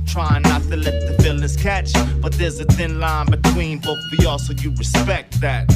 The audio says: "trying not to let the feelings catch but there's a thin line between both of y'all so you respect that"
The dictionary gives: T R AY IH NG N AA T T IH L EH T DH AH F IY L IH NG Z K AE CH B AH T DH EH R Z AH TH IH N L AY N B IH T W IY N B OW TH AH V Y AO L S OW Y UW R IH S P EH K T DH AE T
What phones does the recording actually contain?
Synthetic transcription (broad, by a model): T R AY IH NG N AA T T IH L EH T DH AH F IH L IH Z K AE CH B AH T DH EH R Z AH TH IH N L AY N B IH T W IY N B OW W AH AO L S OW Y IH R IH S P EH K T DH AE T